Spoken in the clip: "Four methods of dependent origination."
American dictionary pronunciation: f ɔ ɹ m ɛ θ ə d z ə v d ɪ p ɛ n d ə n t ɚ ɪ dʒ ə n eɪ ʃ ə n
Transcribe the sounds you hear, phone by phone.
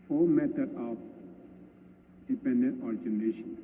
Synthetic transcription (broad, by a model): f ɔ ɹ m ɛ t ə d ə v d ɪ p ɛ n d ə n t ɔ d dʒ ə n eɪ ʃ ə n